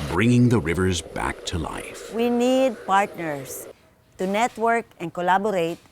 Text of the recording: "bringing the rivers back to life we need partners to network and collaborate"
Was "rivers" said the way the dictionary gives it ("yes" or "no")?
yes